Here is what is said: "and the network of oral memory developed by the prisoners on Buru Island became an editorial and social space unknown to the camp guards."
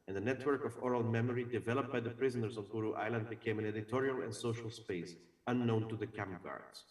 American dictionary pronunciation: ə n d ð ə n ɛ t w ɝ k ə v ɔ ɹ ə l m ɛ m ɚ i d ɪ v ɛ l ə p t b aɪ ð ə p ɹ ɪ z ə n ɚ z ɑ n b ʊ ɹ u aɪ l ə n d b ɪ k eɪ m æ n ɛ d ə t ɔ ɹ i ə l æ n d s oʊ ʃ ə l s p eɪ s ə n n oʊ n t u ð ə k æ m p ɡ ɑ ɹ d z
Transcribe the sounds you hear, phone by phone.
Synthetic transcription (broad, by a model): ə n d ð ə n ɛ t w ɝ k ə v ɔ ɹ ə l m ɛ m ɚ i d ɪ v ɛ l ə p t b aɪ ð ə p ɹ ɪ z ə n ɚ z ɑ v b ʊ ɹ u aɪ l ə n d b ɪ k eɪ m æ n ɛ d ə t ɔ ɹ i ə l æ n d s oʊ ʃ ə l s p eɪ s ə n n oʊ n t u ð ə k æ m p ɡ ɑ ɹ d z